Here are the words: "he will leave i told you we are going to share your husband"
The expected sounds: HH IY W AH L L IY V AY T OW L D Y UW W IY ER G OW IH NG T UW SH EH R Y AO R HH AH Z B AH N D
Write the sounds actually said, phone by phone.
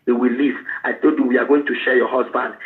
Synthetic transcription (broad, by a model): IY W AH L L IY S AY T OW D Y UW W IY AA G OW IH NG T UW SH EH Y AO HH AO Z B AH N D